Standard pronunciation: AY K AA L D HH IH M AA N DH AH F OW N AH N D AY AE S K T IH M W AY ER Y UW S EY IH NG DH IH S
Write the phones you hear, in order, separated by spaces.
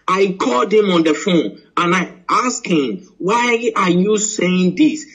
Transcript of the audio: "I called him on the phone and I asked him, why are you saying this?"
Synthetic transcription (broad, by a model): AY K AA L D HH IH M AA N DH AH F OW N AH N AY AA S K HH IH M W AY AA Y UW S EY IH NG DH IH S